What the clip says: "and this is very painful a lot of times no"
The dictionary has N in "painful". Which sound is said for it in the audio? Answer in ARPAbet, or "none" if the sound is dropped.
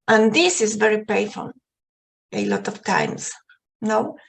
none